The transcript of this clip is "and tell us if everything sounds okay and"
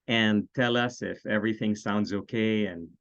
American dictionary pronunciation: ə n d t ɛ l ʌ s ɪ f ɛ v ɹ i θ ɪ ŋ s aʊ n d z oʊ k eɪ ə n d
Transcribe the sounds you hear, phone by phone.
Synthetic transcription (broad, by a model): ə n t ɛ l ʌ s ɪ f ɛ v ɹ i θ ɪ ŋ s aʊ n d z oʊ k eɪ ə n